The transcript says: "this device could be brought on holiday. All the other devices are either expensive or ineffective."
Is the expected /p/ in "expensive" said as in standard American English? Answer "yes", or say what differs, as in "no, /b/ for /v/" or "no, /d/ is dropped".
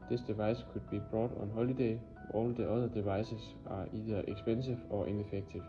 no, /b/ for /p/